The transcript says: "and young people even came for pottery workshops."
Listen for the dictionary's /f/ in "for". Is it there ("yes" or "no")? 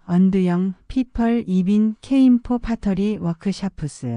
no